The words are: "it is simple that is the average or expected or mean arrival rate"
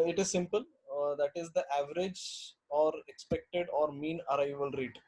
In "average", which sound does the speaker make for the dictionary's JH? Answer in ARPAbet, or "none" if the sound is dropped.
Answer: JH